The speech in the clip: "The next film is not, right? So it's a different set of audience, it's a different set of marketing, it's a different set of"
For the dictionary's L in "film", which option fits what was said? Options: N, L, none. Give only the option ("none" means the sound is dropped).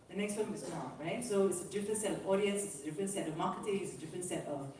none